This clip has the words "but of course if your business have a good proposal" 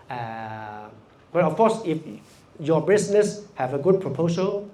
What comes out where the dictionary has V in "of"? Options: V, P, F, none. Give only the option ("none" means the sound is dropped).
F